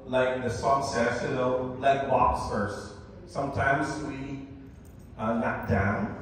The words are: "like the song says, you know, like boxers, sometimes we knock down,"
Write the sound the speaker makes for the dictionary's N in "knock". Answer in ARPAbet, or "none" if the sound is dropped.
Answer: L